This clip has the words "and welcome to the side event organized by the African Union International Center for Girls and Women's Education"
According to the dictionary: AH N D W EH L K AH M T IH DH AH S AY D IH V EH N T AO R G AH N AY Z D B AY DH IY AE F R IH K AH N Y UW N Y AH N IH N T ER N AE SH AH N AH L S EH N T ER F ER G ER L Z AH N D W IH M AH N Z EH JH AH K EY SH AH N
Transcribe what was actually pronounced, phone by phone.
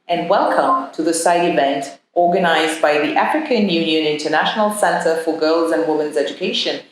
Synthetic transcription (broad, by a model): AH N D W EH L K AH M T IH DH AH S AY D IH V EH N T AO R G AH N AY Z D B AY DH IY AE F R IH K AH N Y UW N Y AH N IH N T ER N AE SH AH N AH L S EH N T ER F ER G ER L Z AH N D W IH M AH N Z EH JH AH K EY SH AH N